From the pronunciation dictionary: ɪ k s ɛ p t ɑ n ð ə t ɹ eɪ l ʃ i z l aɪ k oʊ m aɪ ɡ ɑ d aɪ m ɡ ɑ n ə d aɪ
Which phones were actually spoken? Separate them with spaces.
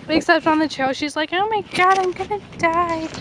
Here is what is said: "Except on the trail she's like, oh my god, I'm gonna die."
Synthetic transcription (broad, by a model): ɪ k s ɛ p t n ð ə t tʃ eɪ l ʃ i z l aɪ k oʊ m aɪ ɡ ɑ d aɪ m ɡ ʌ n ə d aɪ